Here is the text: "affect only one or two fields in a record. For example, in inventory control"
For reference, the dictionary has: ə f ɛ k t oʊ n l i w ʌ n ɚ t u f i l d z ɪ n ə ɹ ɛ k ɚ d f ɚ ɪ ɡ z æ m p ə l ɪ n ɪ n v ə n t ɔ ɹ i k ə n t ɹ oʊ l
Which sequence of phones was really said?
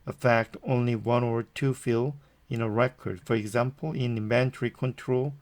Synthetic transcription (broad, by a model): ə f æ k t oʊ n l i w ʌ n ɚ t u f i l ɪ n ə ɹ ɛ k ɚ d f ɚ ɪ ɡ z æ m p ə l ɪ n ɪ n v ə n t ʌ ɹ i k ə n t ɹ oʊ l